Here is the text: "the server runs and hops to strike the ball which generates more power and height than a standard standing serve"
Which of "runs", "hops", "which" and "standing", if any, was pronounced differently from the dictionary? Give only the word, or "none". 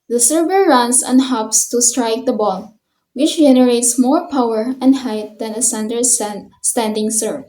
runs